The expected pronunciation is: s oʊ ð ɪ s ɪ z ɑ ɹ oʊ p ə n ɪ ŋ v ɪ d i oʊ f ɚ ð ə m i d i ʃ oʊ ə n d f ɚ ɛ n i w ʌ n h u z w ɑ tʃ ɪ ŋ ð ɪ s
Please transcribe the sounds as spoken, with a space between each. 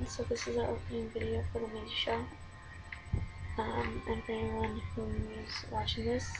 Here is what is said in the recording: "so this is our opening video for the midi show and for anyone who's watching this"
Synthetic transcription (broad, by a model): s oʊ ð ɪ s ɪ z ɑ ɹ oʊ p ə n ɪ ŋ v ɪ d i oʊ f ɚ ð ə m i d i ʃ oʊ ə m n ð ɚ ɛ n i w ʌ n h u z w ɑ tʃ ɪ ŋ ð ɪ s